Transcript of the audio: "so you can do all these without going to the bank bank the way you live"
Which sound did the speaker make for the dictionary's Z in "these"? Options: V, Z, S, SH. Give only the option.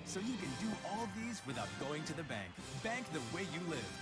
Z